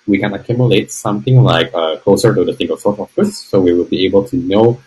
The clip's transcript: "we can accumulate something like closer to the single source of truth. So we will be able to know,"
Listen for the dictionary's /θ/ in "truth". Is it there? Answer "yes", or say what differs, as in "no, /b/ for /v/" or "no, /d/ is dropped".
no, /s/ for /θ/